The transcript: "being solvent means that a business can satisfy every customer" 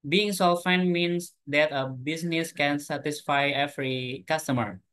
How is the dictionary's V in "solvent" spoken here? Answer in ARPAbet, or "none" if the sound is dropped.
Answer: F